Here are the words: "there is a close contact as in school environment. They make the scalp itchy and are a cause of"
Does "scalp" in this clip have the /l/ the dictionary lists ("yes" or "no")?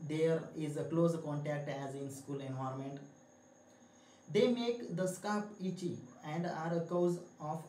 no